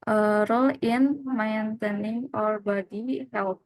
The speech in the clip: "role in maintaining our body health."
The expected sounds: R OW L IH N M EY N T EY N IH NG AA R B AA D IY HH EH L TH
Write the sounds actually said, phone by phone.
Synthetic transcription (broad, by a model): R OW L IH N M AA N T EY N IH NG AA R B AA D IY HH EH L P